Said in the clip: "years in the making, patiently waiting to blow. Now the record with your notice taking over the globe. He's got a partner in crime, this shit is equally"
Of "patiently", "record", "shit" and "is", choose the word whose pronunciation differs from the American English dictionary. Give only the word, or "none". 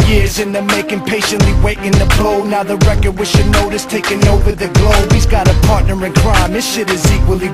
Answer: none